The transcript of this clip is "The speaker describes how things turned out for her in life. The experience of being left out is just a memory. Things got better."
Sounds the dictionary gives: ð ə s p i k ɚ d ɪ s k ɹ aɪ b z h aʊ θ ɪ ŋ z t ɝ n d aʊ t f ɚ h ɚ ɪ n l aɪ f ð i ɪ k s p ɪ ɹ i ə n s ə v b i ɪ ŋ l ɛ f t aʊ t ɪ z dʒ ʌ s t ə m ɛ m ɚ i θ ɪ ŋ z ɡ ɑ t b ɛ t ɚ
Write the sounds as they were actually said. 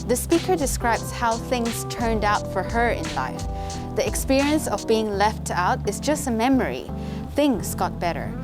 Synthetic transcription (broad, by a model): ð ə s p i k ɚ d ɪ s k ɹ aɪ b z h aʊ θ ɪ ŋ z t ɝ n d aʊ t f ɚ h ɚ ɪ n l aɪ f ð i ɪ k s p ɪ ɹ i ə n s ə v b i ɪ ŋ l ɛ f t aʊ t ɪ z dʒ ʌ s t ə m ɛ m ɚ i θ ɪ ŋ z ɡ ɑ t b ɛ t ɚ